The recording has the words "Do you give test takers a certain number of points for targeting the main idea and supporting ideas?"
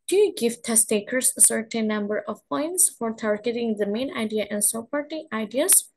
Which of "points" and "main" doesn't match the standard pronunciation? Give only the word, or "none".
none